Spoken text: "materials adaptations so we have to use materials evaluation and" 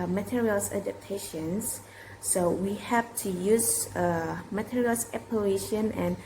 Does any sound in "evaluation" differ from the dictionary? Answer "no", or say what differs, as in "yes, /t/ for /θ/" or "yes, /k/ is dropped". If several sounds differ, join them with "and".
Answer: yes, /p/ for /v/